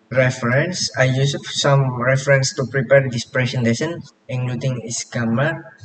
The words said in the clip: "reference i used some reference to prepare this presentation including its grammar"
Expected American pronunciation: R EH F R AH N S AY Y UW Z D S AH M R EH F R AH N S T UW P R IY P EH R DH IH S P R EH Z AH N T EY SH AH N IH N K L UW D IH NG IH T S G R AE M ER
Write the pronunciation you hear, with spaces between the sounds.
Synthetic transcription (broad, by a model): R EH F R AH N S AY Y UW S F S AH M R EH F R AH N S T UW P R IY P EH R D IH S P R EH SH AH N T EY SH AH N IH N L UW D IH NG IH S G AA M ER